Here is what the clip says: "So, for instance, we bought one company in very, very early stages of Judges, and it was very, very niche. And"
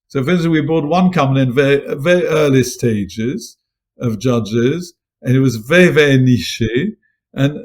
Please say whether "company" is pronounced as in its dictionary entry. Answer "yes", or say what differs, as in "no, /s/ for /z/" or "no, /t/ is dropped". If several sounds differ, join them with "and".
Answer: no, /p/ is dropped